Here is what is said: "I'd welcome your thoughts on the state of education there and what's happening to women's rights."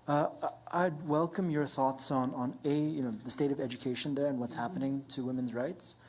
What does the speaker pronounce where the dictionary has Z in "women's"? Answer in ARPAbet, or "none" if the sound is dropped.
Z